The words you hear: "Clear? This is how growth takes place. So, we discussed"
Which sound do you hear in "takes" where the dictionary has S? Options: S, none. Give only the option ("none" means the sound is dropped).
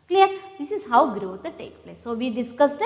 none